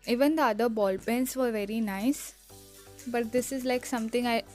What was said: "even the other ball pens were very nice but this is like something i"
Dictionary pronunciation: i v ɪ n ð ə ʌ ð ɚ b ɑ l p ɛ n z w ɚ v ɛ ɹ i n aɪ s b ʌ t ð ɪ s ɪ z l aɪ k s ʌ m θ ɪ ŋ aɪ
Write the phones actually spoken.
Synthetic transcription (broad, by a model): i v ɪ n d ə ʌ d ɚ b ɑ l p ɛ n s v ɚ v ɛ ɹ i n aɪ s b ʌ t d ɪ s ɪ z l aɪ k s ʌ m t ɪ ŋ aɪ